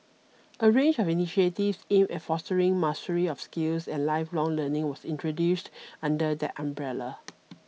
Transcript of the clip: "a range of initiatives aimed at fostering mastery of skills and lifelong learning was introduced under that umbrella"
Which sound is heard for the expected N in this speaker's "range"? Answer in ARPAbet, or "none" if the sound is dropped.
N